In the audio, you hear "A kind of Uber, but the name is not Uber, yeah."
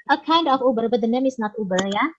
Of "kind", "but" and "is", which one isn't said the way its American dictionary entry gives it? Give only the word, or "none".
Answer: is